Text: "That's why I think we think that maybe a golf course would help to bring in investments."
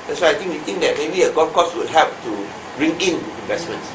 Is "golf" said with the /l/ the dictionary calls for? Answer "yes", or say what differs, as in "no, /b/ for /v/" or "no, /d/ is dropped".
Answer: no, /l/ is dropped